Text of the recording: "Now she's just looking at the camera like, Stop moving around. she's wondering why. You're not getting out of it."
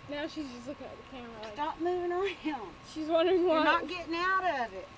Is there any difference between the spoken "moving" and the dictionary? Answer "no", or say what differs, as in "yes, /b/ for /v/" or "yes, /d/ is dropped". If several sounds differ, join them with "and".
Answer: no